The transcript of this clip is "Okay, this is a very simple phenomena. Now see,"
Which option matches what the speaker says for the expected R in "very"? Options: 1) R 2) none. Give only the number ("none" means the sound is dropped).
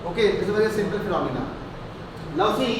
2